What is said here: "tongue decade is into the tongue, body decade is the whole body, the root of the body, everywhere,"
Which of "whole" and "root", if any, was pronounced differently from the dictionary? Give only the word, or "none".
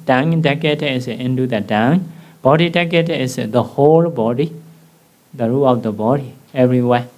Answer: root